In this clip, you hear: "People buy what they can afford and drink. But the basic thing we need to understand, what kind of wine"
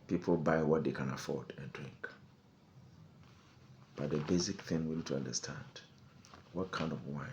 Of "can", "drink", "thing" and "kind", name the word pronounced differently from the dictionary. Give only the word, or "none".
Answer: none